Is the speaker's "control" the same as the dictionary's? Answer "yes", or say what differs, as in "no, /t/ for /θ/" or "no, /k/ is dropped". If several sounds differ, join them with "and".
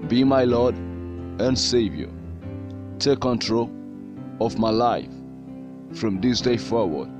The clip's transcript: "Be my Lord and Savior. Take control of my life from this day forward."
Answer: yes